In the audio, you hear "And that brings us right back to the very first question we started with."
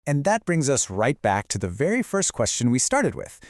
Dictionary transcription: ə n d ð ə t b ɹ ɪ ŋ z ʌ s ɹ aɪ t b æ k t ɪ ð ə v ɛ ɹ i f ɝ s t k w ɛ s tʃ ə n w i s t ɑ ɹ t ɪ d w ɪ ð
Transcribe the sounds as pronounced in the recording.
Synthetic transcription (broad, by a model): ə n ð ə t b ɹ ɪ ŋ z ʌ s ɹ aɪ t b æ k t ɪ ð ə v ɛ ɹ i f ɝ s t k w ɛ s tʃ ə n w i s t ɑ ɹ t ɪ d w ɪ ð